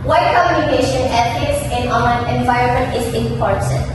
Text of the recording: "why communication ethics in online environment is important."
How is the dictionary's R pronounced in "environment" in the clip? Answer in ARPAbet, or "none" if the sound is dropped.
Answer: R